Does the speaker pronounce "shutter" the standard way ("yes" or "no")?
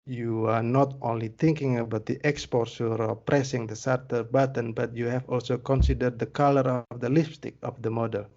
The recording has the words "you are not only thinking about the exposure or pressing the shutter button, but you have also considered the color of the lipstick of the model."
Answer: no